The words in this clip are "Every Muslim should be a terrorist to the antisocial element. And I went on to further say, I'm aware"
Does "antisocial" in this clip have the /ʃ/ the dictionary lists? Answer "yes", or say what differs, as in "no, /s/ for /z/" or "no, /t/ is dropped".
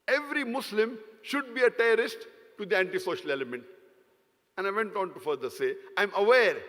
yes